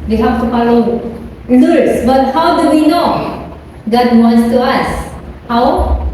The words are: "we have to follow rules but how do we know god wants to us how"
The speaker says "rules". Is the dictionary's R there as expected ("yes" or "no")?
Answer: no